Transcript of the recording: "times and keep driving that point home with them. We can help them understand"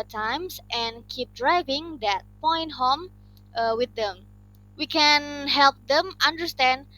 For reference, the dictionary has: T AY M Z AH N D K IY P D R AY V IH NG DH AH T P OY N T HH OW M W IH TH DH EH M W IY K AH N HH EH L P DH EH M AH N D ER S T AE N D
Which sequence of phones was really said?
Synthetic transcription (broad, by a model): T AY M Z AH N K IY P D R AY V IH NG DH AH T P OY N T HH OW M W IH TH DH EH M W IY K AH N HH EH L P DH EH M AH N D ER S T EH N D